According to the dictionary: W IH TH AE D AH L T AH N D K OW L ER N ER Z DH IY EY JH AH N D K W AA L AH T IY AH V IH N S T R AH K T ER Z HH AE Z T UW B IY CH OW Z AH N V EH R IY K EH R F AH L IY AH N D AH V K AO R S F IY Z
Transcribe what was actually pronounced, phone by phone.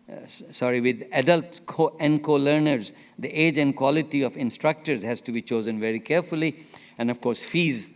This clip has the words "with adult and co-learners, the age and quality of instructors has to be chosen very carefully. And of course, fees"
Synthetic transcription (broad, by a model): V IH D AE D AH L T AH N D K OW L ER N ER Z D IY EY JH AH N D K W AA L AH T IY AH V IH N S T R AH K T ER Z HH AE Z T UW B IY CH OW Z AH N V EH R IY K EH R F AH L IY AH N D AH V K AO R S F IY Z